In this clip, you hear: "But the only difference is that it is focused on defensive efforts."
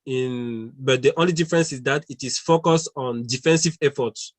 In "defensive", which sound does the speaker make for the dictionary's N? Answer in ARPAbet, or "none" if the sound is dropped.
N